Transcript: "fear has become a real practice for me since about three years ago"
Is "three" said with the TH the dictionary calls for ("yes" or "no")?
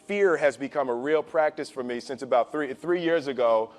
yes